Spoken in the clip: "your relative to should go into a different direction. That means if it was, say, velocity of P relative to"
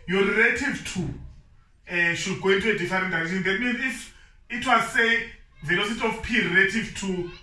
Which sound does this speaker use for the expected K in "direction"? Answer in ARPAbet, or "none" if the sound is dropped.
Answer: none